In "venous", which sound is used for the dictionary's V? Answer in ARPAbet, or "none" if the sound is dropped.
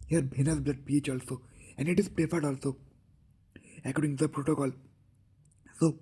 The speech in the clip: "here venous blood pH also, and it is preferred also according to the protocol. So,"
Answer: B